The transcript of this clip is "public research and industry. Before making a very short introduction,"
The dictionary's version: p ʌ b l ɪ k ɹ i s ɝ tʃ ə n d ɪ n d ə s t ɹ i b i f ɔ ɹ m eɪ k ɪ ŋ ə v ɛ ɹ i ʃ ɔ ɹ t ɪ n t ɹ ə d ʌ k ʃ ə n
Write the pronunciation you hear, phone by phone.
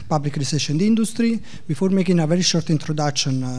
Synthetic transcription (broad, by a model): p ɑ b l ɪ k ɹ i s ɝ ʃ ə n d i n d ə s t ɹ i b i f ɔ ɹ m eɪ k ɪ ŋ ə v ɛ ɹ i ʃ ɔ ɹ t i n t ɹ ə d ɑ k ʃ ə n